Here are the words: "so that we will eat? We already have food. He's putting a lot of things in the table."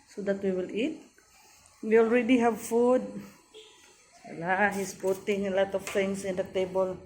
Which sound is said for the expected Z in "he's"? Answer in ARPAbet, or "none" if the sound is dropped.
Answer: S